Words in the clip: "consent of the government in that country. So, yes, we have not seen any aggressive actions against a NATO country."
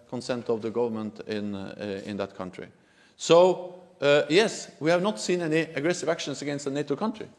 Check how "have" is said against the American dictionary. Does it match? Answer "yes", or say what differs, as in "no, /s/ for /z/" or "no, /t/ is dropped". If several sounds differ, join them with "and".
yes